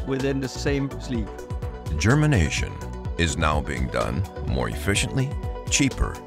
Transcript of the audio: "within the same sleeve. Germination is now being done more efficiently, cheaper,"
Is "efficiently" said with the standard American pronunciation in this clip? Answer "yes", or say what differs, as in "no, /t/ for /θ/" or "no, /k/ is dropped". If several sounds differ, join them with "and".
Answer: yes